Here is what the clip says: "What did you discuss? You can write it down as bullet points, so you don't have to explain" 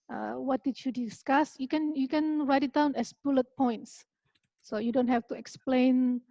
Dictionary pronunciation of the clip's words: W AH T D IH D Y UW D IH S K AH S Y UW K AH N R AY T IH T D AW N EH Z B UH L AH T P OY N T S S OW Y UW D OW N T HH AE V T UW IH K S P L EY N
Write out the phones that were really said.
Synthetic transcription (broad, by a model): W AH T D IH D Y UW D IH S K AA S Y UW K AH N R AY T IH T D AW N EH S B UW L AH T P OY N T S S OW Y UW D OW N T HH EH F T UW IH K S P L EY N